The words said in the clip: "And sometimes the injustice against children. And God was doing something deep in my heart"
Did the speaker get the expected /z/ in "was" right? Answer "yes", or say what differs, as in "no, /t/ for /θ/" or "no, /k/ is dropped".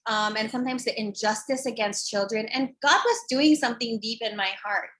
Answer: yes